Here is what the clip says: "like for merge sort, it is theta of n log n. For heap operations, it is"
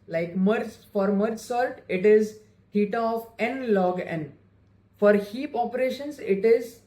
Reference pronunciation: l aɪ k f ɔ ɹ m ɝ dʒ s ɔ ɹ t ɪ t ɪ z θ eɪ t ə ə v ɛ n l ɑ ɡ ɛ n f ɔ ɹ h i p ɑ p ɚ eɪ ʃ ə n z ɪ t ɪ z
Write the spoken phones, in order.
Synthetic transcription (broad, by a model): l aɪ k f ɔ ɹ m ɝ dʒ s ɔ l t ɪ t ɪ z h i t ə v ɛ n l ɑ ɡ ɛ n f ɔ ɹ h i p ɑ p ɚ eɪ ʃ ə n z ɪ t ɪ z